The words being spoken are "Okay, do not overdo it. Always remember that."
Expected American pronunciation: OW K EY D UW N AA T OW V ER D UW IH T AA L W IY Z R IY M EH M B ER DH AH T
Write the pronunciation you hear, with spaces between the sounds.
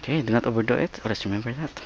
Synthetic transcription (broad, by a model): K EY D UW N AA T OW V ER D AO IH T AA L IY S R IY M EH M B ER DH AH T